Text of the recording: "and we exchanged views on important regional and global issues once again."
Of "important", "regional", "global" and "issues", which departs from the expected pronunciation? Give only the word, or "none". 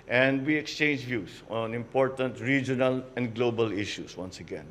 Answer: issues